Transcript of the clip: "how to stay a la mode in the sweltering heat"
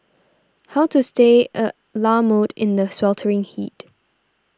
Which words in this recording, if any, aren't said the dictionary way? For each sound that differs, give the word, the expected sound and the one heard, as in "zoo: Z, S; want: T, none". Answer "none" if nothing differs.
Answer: none